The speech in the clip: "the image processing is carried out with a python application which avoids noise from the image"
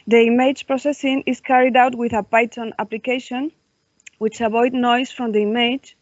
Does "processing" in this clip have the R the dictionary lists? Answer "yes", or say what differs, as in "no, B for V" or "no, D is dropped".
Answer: yes